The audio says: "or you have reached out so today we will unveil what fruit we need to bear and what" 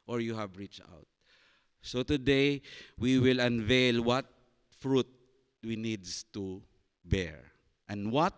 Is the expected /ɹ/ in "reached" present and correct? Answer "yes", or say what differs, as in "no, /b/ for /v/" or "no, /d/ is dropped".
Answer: yes